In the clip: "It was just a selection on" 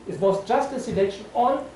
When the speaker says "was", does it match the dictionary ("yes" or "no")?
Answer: no